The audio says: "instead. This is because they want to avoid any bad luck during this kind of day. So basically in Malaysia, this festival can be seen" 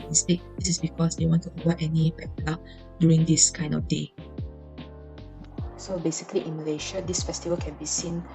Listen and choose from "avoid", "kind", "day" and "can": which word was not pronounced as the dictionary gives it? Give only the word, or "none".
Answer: avoid